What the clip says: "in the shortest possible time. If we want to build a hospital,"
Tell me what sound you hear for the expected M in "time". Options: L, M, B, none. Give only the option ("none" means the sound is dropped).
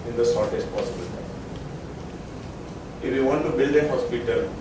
none